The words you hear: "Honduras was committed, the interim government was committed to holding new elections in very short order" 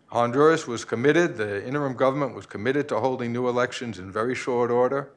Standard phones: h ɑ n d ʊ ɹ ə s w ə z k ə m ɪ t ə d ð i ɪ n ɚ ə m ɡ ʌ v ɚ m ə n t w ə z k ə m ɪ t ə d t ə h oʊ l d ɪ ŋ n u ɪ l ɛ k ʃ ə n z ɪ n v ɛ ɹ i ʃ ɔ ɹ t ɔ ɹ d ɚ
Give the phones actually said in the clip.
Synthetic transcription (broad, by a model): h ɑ n d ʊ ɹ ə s w ə z k ə m ɪ t ə d ð i ɪ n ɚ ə m ɡ ʌ v ɚ m ə n t w ə z k ə m ɪ t ə d t ə h oʊ l d ɪ ŋ n u ɪ l ɛ k ʃ ə n z ɪ n v ɛ ɹ i ʃ ɔ ɹ t ɔ ɹ d ɚ